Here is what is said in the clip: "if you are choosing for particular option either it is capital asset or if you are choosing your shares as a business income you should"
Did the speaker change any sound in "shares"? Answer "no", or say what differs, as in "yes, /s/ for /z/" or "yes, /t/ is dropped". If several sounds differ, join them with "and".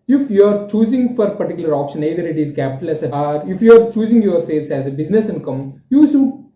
yes, /s/ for /ʃ/